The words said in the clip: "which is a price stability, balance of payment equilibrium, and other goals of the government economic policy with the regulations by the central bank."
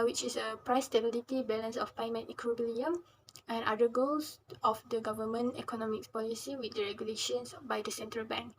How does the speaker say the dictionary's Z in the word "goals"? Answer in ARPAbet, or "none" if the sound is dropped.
S